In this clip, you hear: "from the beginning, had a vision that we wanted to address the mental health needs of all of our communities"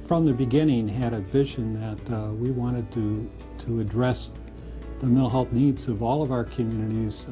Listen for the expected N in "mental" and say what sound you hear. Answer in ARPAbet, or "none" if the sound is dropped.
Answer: none